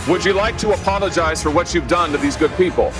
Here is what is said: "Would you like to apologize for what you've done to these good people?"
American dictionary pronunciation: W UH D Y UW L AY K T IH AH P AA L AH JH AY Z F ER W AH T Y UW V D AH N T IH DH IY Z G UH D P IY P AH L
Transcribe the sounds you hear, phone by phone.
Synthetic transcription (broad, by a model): W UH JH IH L AY K T IH AH P AA L AH JH AY Z F ER W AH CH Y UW V D AH N T IH DH IY Z G UH D P IY P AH L